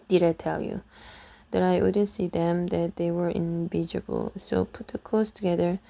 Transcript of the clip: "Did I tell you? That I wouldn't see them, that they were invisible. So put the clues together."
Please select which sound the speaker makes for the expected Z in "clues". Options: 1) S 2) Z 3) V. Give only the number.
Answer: 1